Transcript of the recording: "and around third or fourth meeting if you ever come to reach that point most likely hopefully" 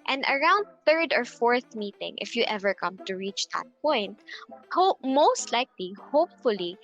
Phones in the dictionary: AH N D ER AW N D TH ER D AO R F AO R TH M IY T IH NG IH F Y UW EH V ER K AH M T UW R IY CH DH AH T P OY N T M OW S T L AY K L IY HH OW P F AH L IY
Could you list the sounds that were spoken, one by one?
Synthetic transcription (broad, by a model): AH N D ER AW N D TH ER D AO R F AO R TH M IY T IH NG IH F Y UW EH V ER K AH M T UW R IY CH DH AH T P OY N T M OW S T L AY K L IY HH OW P F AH L IY